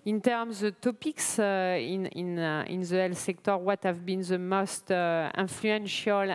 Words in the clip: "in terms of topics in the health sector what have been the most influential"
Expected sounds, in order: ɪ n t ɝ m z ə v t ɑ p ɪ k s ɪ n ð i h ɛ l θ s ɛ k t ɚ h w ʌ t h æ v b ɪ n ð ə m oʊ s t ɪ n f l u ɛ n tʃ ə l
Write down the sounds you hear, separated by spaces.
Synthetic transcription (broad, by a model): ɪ n t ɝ m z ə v t ɑ p ɪ k s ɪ n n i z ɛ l s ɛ k t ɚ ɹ w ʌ t h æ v b ɪ n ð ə m oʊ s t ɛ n f l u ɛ n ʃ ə l